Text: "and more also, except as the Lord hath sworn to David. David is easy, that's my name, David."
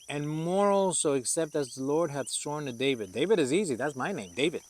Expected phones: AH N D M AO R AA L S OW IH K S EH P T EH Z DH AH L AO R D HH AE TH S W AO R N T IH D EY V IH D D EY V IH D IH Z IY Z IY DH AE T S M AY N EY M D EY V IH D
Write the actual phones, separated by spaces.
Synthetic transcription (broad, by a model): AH N M AO R AA L S OW IH K S EH P T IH Z DH AH L AO R D HH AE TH S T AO R N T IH D EY V IH D D EY V IH D IH Z IY Z IY DH AE T S M AY N EY M D EY V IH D